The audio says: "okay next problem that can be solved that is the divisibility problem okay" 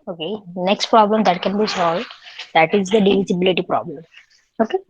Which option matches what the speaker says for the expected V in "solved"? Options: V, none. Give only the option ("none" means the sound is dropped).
V